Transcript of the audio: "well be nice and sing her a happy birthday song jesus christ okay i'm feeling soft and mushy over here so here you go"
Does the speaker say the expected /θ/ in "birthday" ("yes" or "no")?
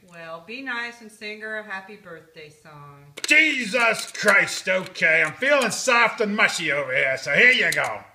yes